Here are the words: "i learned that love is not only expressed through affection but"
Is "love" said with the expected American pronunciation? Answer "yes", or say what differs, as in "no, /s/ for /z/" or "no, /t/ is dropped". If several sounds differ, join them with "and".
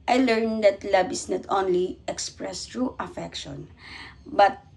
no, /b/ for /v/